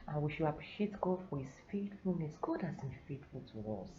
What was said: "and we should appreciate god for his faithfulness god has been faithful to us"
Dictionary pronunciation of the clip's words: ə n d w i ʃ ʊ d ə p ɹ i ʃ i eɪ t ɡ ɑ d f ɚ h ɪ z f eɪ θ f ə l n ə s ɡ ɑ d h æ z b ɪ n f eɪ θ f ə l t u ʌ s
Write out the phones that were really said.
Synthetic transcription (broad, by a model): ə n w i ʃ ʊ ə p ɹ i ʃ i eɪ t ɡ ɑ f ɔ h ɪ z f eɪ t f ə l n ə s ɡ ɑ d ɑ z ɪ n f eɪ t f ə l t u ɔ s